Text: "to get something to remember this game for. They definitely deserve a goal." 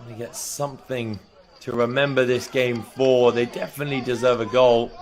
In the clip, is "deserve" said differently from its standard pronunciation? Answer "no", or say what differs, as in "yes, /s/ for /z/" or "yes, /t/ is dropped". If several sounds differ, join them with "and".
no